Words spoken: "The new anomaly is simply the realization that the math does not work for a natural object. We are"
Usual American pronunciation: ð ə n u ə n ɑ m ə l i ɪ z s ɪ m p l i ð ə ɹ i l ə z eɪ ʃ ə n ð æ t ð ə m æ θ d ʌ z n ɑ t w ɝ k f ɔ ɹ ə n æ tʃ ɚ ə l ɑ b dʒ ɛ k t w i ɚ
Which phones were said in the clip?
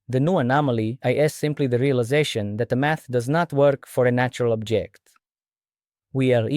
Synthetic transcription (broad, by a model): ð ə n u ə n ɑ m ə l i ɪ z s ɪ m p l i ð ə ɹ i l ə z eɪ ʃ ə n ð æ t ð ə m æ θ d ʌ z n ɑ t w ɝ k f ɔ ɹ ə n æ tʃ ɚ ə l ɑ b dʒ ɛ k t w i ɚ